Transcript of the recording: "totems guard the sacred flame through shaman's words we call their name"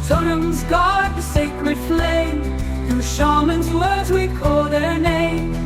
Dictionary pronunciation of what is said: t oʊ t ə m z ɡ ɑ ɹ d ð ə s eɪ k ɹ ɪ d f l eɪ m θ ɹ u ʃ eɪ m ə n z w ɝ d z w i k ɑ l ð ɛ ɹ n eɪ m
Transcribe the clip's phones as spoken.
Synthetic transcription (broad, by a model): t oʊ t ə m z ɡ ɑ ɹ d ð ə s eɪ k ɹ ɪ d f l eɪ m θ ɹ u ʃ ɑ m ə n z w ɝ d z w i k ɑ l ð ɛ ɹ n eɪ m